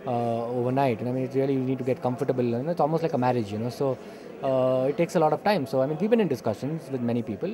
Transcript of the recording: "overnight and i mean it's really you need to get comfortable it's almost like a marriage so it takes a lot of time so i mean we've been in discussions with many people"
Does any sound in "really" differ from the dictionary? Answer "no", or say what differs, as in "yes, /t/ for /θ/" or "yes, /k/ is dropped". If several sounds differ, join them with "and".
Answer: yes, /l/ is dropped